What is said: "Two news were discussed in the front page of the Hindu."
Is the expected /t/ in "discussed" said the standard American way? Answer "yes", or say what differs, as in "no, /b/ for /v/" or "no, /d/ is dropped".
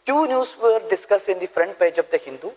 no, /t/ is dropped